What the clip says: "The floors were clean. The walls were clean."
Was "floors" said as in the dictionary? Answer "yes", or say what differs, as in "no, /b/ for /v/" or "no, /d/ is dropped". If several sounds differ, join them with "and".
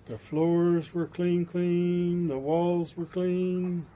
yes